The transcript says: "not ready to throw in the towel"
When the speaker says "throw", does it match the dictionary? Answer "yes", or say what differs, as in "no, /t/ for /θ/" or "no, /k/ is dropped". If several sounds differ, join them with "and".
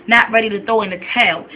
no, /ɹ/ is dropped